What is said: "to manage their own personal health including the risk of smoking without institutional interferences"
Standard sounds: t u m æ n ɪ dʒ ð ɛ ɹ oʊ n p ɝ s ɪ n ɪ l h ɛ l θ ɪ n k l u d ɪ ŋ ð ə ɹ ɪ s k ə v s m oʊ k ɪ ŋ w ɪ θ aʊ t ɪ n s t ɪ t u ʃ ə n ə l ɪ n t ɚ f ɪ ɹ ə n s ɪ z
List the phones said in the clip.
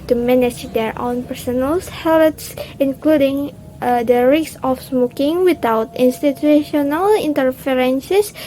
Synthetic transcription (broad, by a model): t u m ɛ n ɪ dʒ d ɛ ɹ oʊ n p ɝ s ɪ n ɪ l h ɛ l t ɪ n k l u d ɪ ŋ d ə ɹ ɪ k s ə f s m oʊ k ɪ ŋ w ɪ t aʊ t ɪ n s t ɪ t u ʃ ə n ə l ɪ n t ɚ f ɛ ɹ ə n s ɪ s